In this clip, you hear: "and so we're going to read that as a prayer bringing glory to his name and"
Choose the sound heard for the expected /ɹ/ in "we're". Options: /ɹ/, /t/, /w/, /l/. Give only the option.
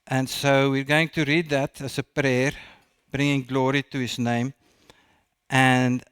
/ɹ/